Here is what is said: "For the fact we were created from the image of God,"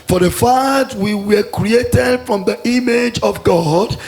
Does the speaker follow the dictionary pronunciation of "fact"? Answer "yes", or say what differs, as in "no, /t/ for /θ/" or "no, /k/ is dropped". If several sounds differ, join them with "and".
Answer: no, /k/ is dropped